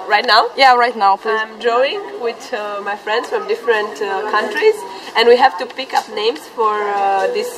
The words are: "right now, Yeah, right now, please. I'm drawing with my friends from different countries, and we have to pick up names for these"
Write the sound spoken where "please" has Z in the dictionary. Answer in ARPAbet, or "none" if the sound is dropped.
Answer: none